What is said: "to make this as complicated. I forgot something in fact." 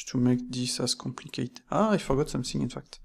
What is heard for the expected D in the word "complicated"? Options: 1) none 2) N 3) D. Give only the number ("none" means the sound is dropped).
1